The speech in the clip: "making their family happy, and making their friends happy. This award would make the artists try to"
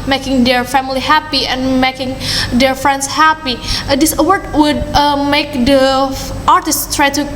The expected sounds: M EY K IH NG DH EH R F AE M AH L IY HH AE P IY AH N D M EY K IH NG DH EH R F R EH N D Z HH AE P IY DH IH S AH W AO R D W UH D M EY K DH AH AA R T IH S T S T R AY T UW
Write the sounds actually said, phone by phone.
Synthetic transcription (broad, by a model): M EY K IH NG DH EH R F AE M AH L IY HH AE P IY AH N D M EY K IH NG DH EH R F R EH N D S HH AE P IY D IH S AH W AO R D W UH D M EY K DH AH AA R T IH S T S T R AY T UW